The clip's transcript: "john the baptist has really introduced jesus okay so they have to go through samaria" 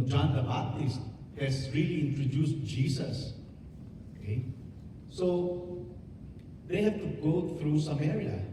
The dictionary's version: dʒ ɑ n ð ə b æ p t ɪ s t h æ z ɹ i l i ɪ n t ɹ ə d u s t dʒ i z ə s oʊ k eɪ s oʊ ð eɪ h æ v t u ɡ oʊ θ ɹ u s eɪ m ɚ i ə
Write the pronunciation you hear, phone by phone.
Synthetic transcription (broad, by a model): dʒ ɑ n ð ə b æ t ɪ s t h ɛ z ɹ i l i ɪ n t ɹ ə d u s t dʒ i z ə s oʊ k eɪ s oʊ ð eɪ h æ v t u ɡ oʊ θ ɹ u s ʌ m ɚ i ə